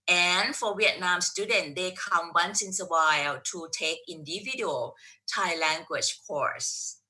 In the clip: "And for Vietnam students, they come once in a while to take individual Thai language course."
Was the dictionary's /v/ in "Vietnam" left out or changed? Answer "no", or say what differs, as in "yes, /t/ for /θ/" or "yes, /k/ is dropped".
yes, /w/ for /v/